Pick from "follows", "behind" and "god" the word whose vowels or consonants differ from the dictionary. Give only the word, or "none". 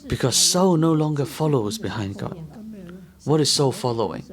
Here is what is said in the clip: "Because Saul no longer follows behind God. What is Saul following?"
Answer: none